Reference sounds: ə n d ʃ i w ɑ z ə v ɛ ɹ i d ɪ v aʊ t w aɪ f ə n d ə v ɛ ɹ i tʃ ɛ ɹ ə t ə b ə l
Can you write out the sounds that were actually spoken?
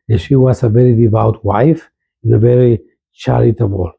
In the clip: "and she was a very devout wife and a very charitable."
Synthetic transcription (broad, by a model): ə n ʃ i w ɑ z ə v ɛ ɹ i d ɪ v aʊ t w aɪ f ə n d ə v ɛ ɹ i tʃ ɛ ɹ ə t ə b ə l